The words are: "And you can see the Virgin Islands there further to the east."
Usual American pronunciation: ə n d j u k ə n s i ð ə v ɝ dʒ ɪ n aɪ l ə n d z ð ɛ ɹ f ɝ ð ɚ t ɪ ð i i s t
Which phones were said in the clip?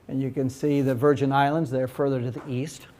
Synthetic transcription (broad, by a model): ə n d j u k ə n s i ð ə v ɝ dʒ ɪ n aɪ l ə n d z ð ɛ ɹ f ɝ ð ɚ t ɪ ð i i s t